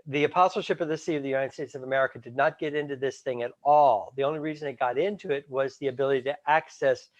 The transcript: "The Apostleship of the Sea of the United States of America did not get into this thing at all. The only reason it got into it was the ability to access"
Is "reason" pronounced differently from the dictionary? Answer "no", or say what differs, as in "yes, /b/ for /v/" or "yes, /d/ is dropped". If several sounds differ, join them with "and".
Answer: no